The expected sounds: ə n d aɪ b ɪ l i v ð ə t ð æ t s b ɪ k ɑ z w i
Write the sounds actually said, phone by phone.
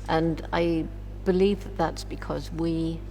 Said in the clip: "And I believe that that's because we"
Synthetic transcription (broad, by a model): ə n aɪ b ɪ l i v ð ə t ð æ t s b ɪ k ɑ z w i